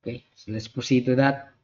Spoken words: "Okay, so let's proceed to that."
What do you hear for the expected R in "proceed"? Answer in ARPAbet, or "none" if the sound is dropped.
none